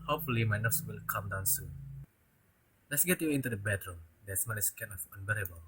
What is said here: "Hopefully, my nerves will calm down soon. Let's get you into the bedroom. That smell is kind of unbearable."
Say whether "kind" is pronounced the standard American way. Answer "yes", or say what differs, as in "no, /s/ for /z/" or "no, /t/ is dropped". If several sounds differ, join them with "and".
no, /d/ is dropped